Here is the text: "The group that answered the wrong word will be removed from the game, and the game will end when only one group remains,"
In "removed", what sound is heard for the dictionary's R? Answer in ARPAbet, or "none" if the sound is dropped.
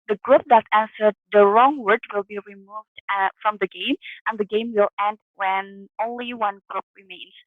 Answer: R